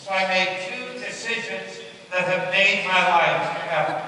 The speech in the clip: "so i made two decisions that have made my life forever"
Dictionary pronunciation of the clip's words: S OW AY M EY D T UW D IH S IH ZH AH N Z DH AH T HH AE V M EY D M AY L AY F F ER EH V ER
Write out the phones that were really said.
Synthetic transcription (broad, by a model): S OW AY M EY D T UW D IH S IH ZH AH N Z DH AH T HH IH V M EY D M AY L AY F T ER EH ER